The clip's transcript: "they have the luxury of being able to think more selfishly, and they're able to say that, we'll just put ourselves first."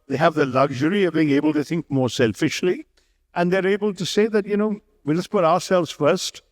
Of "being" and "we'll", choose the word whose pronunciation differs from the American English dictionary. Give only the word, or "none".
we'll